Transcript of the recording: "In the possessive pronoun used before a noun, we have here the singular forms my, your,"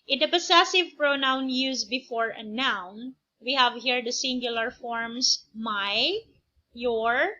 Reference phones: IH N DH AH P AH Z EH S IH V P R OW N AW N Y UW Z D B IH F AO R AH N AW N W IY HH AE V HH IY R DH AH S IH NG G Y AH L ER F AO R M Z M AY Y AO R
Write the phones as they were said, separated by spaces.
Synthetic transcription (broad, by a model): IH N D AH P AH S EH S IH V P R OW N AW N Y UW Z B IH F AO R AH N AW N W IY HH AE V HH IY R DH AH S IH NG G Y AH L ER F AO R M S M AY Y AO R